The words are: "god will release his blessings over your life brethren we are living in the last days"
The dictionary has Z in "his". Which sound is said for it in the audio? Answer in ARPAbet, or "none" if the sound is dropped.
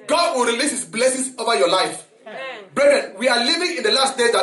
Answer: S